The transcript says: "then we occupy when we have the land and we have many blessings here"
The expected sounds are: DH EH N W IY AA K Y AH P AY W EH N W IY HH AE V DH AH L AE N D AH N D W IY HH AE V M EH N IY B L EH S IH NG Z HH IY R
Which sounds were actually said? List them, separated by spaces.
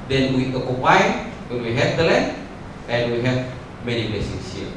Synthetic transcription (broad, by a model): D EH N W IY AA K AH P AY W EH N W IY HH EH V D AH L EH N AH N W IY HH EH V M EH N IY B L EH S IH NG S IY